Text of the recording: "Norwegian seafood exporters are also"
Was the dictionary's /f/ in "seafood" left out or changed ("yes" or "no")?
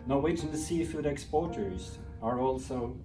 no